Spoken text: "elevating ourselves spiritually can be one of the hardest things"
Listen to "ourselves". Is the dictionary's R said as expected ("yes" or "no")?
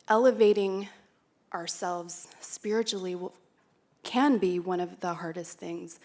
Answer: yes